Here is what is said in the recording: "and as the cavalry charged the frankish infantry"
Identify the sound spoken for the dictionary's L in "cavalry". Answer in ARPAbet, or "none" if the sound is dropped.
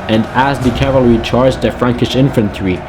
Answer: L